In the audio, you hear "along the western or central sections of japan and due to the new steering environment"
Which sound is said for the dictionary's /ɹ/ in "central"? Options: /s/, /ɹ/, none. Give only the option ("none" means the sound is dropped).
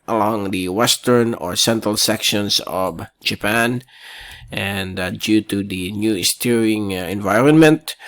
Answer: /ɹ/